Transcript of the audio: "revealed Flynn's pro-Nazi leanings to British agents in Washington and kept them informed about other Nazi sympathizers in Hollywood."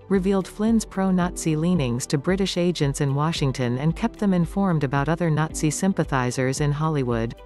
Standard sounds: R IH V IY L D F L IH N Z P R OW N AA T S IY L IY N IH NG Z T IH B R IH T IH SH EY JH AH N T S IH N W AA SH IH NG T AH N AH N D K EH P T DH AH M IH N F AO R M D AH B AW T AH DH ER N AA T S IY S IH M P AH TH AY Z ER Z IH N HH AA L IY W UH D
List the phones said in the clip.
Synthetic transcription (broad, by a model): R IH V IY L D F L IH N Z P R OW N AA T S IY L IY N IH NG Z T IH B R IH T IH SH EY JH AH N T S IH N W AA SH IH NG T AH N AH N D K EH P T DH AH M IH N F AO R M D AH B AW T AH DH ER N AA T S IY S IH M P AH TH AY Z ER Z IH N HH AA L IY W UH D